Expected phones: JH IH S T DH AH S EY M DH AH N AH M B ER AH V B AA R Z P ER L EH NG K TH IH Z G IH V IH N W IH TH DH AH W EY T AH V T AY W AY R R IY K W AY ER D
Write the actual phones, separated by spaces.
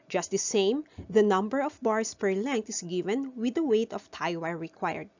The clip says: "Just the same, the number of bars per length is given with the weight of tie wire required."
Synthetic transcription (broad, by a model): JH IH S T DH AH S EY M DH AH N AH M B ER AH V B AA R S P ER L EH NG K T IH S G IH V IH N W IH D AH W EY T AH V T AY W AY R R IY K W AY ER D